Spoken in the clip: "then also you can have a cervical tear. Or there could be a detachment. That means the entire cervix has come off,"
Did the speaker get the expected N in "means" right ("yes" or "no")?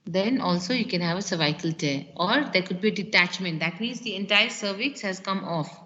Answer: yes